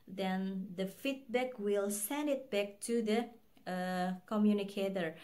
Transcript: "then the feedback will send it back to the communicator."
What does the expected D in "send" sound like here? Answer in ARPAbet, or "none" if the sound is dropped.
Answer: D